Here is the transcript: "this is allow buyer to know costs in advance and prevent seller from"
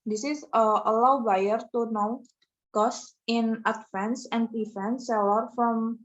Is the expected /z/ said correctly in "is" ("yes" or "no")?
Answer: no